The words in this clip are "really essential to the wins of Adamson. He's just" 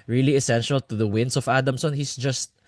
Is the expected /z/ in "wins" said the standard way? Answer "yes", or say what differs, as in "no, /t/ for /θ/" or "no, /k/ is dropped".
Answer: no, /s/ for /z/